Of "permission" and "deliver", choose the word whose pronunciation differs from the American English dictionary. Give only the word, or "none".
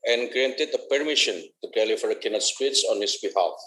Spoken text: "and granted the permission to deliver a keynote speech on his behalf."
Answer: deliver